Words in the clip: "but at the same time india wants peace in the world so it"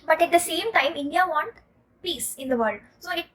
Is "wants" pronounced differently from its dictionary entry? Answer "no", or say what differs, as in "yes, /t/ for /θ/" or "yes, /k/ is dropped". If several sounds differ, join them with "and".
yes, /s/ is dropped